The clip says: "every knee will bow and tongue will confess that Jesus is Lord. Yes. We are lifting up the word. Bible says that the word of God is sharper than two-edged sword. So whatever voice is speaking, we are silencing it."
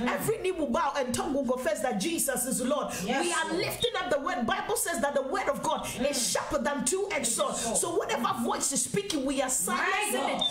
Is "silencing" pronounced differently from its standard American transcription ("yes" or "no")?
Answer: yes